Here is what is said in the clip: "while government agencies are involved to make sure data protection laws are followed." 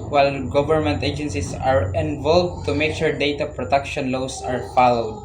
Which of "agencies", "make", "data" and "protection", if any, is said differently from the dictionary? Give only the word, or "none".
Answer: agencies